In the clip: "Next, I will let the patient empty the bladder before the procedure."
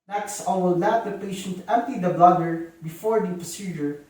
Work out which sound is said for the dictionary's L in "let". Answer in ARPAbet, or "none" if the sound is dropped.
N